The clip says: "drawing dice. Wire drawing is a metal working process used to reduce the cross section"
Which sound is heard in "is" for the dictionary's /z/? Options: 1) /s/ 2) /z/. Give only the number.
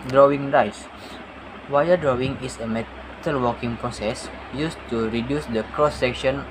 1